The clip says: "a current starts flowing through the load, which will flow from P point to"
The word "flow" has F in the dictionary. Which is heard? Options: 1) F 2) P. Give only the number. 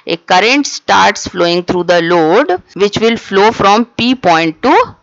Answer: 1